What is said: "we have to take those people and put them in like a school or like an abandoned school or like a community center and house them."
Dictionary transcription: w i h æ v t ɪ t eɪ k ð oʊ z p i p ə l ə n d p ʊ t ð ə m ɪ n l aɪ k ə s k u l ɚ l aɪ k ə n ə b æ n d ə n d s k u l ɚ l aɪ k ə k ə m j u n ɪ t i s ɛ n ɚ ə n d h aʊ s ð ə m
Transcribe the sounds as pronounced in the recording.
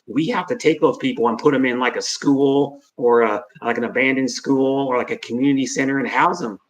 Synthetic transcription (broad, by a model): w i h æ f t ɪ t eɪ k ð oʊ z p i p l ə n p ʊ t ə m ɪ n l aɪ k ə s k u l ɚ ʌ aɪ k ə n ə b æ n d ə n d s k u l ɚ l aɪ k ə k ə m j u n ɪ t i s ɛ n ɚ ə n h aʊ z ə m